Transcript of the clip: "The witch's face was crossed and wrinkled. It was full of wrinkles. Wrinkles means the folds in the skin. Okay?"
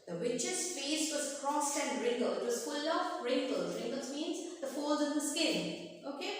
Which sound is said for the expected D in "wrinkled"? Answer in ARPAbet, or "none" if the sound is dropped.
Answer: none